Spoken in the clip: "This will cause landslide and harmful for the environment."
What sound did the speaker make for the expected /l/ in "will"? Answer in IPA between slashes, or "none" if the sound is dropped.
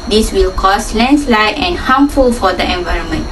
/l/